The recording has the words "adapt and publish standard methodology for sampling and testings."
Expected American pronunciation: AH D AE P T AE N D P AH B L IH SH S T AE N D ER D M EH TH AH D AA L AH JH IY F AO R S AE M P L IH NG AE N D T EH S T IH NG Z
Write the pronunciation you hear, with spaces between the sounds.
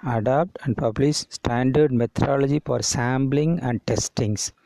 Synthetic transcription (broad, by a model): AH D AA P T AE N D P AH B L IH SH S T AE N D ER D M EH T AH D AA L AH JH IY F AO R S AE M B L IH NG AE N D T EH S T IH NG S